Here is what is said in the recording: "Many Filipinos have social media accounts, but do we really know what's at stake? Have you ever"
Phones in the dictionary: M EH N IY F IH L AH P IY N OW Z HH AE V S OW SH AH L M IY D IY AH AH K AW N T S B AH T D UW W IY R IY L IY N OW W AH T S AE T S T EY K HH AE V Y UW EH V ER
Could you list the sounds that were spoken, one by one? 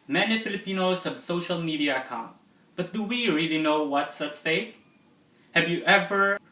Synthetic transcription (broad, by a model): M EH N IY F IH L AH P IY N OW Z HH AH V S OW SH AH L M IY D IY AH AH K AW N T B AH T D UW W IY R IY L IY N OW W AH T S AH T S T EY K HH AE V Y UW EH V ER